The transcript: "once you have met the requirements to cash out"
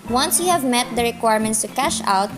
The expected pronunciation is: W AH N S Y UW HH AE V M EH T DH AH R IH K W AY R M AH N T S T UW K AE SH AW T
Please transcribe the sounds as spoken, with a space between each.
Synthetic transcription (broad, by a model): W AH N S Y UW HH AE V M EH T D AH R IH K W AY R M AH N T S T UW K AE SH AW T